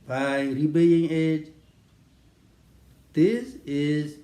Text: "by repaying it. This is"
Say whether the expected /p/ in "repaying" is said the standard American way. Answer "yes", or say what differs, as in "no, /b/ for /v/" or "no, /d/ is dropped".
no, /b/ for /p/